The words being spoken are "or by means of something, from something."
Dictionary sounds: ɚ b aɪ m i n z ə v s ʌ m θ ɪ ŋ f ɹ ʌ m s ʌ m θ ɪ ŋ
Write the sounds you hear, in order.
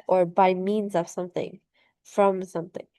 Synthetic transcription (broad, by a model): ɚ b aɪ m i n z ə v s ʌ m θ ɪ ŋ f ɹ ʌ m s ʌ m θ ɪ ŋ